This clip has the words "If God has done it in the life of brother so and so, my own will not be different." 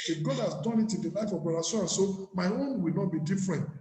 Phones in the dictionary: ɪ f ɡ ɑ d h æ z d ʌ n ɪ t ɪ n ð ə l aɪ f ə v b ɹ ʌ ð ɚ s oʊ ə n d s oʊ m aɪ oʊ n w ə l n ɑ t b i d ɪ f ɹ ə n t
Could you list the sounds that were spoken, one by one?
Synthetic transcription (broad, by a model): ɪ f ɡ ɑ d h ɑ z d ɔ n ɪ t ɪ n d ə l aɪ f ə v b ʌ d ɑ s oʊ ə n s oʊ m aɪ oʊ n w ə l n ɑ t b i d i f ɹ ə n t